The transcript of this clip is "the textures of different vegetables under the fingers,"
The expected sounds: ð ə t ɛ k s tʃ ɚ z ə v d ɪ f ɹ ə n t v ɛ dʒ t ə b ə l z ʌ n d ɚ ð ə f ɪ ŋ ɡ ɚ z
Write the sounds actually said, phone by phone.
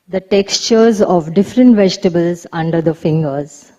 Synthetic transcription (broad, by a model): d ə t ɛ k s tʃ ɚ z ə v d ɪ f ɹ ə n t v ɛ dʒ t ə b ə l z ʌ n d ɚ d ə f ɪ ŋ ɡ ɚ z